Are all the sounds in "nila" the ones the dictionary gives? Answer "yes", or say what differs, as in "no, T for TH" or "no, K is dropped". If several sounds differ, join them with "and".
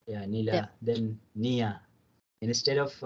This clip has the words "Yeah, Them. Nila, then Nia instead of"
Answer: yes